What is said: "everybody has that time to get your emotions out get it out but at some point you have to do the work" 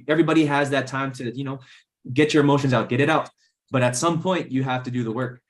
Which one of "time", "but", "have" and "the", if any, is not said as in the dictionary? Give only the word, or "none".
have